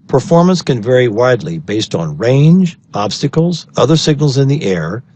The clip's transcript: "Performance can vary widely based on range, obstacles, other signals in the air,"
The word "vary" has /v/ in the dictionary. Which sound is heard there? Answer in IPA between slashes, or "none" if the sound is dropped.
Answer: /v/